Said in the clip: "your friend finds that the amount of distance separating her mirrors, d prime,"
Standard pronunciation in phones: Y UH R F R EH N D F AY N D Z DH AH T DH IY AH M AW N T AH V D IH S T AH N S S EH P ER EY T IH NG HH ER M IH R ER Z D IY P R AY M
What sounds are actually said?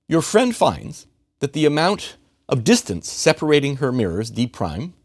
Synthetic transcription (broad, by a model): Y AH R F R EH N D F AY N D Z DH AH T DH IY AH M AW N T AH V D IH S T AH N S S EH P ER EY T IH NG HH ER M IH R ER Z D IY P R AY M